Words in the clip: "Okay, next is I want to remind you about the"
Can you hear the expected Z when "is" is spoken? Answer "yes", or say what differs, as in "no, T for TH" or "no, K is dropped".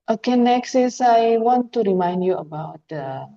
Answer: no, S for Z